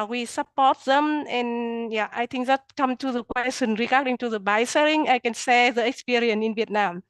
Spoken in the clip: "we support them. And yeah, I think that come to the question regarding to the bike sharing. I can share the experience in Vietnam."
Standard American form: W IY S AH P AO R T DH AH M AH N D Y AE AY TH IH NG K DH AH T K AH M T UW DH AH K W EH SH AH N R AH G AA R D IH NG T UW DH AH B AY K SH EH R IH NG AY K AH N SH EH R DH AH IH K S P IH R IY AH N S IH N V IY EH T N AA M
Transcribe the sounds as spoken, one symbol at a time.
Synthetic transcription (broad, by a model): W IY S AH P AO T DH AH M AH N Y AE AY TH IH NG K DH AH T K AH M T UW DH AH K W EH S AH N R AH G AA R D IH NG T UW DH AH B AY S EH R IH NG AY K AH N S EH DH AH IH K S P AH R IY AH N IH N V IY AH T N AA M